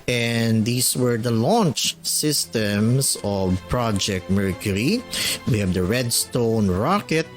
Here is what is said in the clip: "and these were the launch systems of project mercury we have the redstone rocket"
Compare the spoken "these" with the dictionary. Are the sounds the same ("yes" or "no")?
no